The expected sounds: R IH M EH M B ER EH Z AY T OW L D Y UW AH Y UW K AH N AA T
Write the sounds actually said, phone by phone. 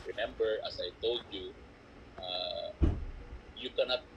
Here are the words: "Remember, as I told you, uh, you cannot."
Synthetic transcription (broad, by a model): R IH M EH M B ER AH S AY T OW L D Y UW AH Y UW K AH N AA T